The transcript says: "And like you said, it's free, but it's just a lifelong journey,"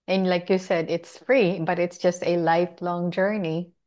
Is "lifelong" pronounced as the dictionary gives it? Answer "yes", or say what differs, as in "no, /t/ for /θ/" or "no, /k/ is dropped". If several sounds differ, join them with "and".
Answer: yes